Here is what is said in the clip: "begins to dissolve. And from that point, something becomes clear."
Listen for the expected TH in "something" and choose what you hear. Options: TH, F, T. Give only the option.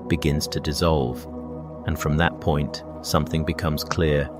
TH